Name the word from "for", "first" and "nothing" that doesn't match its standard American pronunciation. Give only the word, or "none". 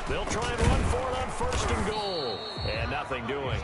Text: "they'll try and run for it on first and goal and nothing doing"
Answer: none